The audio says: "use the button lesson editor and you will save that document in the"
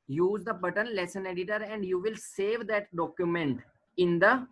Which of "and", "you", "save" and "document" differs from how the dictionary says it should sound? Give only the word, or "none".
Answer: none